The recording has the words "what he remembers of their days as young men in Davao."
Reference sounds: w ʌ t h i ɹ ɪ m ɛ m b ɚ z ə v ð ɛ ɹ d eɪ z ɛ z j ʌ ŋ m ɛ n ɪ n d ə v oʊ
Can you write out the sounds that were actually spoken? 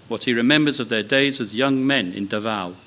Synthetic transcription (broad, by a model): w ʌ t h i ɹ ɪ m ɛ m b ɚ z ə v ð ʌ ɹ d eɪ z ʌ z j ʌ ŋ m ɛ n ɪ n d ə v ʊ